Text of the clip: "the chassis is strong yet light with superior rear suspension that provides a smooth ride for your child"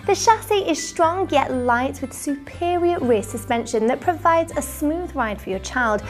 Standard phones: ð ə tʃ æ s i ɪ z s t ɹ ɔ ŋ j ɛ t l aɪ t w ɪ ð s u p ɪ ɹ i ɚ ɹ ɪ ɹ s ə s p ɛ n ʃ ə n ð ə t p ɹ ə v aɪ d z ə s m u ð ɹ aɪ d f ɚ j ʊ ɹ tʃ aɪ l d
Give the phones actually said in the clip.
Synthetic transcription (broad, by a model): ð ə ʃ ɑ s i ɪ z s t ɹ ɔ ŋ j ɛ t l aɪ t w ɪ ð s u p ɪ ɹ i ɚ ɹ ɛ s ə s p ɛ n ʃ ə n ð ə t p ɹ ə v aɪ d z ə s m u ð ɹ aɪ d f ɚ j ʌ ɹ tʃ aɪ l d